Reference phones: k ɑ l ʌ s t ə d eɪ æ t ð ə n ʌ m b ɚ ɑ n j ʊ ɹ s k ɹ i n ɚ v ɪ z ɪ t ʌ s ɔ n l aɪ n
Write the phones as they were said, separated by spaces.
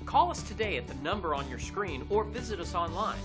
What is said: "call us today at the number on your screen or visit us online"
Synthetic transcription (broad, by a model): k ɑ l ʌ s t ə d eɪ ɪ t ð ə n ʌ m b ɚ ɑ n j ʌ ɹ s k ɹ i n ɚ v ɪ z ɪ t ʌ s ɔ n l aɪ n